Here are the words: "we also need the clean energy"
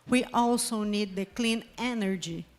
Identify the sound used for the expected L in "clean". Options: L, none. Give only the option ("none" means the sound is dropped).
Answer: L